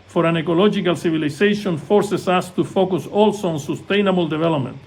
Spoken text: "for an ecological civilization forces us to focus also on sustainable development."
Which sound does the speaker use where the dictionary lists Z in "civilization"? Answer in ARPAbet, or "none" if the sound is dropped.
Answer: S